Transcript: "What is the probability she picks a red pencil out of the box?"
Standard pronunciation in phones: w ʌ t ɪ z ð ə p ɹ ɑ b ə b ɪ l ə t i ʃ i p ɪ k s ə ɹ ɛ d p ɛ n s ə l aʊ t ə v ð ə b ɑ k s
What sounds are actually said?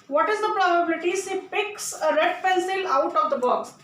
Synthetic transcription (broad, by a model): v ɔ t ɪ z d ə p ɹ ɑ b ə b ɪ l ə t i s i p ɪ k s ə ɹ ɛ d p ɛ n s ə l aʊ t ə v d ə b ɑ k s